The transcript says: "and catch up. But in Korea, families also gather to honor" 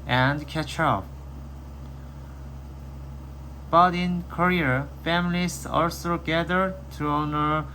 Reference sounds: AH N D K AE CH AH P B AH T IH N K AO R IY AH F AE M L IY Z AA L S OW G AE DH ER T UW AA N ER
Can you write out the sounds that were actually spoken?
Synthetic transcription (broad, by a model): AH N D K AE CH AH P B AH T IH N K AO R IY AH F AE M L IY S AA L S OW G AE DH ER T UW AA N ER